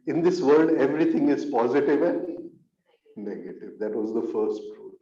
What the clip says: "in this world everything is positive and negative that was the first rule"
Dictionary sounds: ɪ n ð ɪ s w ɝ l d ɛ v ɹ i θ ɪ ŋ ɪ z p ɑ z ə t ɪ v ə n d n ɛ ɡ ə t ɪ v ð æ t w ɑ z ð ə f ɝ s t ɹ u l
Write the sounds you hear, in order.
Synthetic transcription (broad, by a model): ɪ n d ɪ s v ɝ l d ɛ v ɹ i t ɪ ŋ ɪ z p ɑ z ə t ɪ v ə n d n ɛ ɡ ə t ɪ v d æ t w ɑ z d ə f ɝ s t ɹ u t